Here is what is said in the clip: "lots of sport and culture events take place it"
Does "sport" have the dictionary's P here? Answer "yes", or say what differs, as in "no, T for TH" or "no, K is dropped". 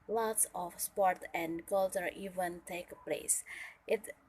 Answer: yes